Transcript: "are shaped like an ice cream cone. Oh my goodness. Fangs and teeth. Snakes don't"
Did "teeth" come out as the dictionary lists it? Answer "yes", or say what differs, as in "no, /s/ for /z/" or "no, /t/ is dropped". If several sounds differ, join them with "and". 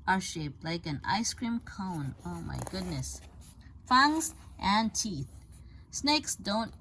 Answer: yes